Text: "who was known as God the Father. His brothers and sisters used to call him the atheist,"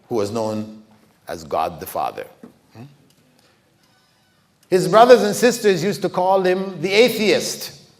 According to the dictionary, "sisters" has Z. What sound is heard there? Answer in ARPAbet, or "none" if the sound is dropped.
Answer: Z